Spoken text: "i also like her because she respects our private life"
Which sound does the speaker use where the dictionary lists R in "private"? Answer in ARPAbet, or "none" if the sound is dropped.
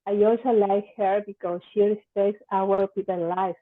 none